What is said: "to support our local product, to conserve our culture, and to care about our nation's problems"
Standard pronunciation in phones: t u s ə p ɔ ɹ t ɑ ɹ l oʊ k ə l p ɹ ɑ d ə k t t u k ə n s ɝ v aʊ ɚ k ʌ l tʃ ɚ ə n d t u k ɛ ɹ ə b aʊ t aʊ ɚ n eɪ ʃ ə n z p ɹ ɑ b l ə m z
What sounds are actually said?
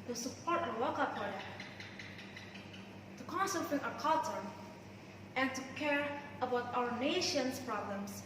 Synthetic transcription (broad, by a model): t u s ə p ɔ ɹ t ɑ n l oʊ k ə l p ɑ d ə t t u k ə n s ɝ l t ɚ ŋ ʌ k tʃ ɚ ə n t u k ɛ ɹ ə b aʊ t aʊ ɚ n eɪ ʃ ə n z p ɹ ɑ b l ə m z